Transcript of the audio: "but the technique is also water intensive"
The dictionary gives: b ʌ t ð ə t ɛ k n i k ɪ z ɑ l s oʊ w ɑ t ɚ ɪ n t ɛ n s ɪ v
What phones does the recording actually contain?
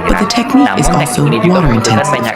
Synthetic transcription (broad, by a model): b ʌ t ð ə t ɛ k n i k ɪ z ɑ l s oʊ w ɑ t ɚ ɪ n t ɛ n s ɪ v